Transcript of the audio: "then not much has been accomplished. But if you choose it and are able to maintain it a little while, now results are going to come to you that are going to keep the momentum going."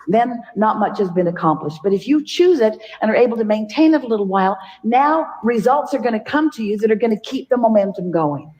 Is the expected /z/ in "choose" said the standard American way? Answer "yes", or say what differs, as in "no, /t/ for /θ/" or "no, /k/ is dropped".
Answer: yes